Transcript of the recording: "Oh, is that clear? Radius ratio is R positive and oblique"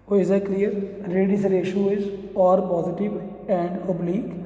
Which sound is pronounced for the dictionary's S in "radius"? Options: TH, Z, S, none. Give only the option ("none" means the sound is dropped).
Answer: none